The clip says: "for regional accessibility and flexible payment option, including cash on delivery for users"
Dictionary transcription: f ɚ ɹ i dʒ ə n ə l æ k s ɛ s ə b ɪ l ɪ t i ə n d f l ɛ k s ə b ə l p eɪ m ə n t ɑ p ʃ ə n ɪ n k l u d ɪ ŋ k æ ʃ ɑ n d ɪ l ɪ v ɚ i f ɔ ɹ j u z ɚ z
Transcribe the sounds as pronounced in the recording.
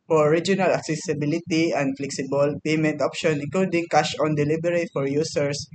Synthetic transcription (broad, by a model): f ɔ ɹ i dʒ ə n ə l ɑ k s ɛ s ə b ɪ l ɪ t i ə n d f l ɛ k s ə b ə l p eɪ m ə n t ɑ p ʃ ə n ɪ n k l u d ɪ ŋ k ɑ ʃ ɑ n d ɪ l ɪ b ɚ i f ɔ ɹ j u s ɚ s